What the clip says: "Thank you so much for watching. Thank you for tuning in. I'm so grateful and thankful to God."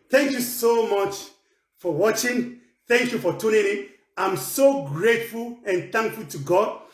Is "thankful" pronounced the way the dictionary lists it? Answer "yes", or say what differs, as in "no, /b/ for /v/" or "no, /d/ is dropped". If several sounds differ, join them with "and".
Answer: yes